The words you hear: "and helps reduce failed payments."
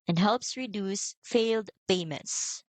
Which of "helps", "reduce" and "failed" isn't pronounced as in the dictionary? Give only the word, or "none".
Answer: none